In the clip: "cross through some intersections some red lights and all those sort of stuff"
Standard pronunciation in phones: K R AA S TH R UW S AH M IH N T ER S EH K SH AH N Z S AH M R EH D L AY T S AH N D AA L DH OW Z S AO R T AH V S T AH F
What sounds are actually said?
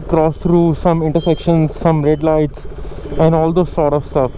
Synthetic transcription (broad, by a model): K R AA S T R UW S AH M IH N T ER S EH K SH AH N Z S AH M R EH D L AY T S AH N D AA L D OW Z S AO R T AH V S T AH F